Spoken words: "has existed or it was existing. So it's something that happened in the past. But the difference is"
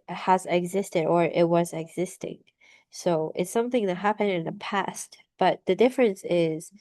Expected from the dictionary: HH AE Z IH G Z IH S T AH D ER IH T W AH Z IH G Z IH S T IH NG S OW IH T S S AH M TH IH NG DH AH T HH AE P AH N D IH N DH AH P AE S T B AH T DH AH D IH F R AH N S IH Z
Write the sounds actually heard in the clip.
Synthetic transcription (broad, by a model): HH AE Z IH G Z IH S T AH D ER IH T W AH Z IH G Z IH S T IH NG S OW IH T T S AH M TH IH NG DH AH T HH AE P AH N D IH N DH AH P AE S T B AH T DH AH D IH F R AH N S IH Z